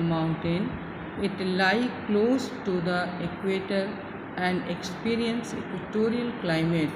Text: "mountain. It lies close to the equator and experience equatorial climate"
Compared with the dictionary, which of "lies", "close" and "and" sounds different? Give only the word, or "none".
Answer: lies